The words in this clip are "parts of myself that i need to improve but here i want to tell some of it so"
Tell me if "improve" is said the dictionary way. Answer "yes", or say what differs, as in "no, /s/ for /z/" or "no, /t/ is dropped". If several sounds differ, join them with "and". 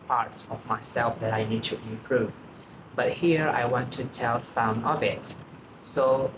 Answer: no, /m/ is dropped